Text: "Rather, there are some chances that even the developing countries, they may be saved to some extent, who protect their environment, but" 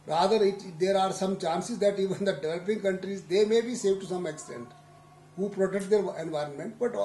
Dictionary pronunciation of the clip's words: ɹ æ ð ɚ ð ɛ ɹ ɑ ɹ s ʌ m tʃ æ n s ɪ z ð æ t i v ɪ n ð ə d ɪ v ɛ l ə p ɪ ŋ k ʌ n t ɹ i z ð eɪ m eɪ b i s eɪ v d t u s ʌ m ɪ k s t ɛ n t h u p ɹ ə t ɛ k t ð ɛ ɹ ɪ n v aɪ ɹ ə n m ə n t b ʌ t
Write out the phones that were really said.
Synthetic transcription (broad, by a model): ɹ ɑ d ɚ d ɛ ɹ ɑ ɹ s ʌ m tʃ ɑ n s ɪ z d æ t i v ɪ n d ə d ɪ v ɛ l ə p ɪ ŋ k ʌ n t ɹ i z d eɪ m eɪ b i s eɪ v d t u s ʌ m ɪ k s t ɛ n t h u p ɹ ə t ɛ k t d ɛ ɹ ɪ n v aɪ ɹ ə n m ə n t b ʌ t